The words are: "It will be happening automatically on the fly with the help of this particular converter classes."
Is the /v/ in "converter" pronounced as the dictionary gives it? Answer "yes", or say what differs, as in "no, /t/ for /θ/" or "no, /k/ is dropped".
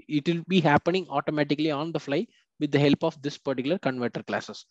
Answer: yes